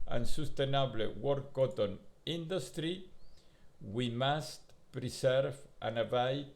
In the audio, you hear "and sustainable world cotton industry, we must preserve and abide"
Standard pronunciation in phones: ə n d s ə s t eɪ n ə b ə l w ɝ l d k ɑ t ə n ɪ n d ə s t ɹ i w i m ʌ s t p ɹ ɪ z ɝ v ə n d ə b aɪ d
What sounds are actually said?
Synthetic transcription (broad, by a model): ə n s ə s t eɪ n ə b l w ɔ d k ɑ t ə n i n d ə s t ɹ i w i m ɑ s t p ɹ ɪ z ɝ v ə n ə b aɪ